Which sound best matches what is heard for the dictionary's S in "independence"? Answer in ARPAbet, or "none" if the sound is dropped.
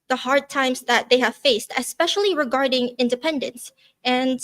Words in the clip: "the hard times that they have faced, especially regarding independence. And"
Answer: S